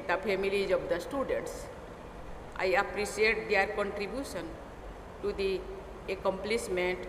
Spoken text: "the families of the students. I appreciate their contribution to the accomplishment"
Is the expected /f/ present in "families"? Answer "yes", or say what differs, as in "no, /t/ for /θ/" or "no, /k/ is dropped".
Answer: no, /p/ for /f/